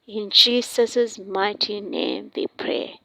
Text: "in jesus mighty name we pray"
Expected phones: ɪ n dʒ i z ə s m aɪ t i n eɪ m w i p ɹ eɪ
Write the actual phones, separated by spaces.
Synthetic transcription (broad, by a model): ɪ n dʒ i s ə s m aɪ t i n eɪ m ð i p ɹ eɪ